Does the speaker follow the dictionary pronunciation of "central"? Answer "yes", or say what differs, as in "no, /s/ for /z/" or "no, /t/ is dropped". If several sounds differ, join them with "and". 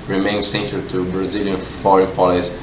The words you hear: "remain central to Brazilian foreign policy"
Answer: no, /ɹ/ is dropped